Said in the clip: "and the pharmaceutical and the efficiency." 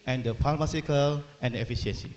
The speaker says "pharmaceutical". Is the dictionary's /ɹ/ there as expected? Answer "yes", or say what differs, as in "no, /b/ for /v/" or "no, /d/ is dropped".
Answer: no, /l/ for /ɹ/